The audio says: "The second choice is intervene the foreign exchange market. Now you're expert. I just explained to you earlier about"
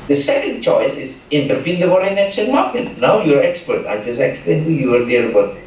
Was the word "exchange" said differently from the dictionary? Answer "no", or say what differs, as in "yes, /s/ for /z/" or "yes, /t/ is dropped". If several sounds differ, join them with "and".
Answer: yes, /tʃ/ is dropped